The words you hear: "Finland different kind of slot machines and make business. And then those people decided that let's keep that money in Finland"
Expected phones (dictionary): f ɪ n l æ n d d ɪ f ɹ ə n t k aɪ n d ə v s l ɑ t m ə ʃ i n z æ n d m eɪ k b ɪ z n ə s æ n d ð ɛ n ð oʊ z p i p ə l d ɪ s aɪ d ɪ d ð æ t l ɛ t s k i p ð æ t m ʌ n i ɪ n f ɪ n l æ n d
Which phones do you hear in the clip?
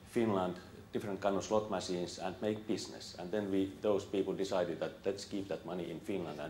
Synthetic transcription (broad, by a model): f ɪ n l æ n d d ɪ f ɹ ə n t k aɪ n ə s l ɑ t m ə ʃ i n s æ n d m eɪ k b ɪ s n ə s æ n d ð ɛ n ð oʊ s p i p ə l d ɪ s aɪ d ɪ d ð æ t l ɛ t s k i p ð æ t m ʌ n i ɪ n f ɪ n l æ n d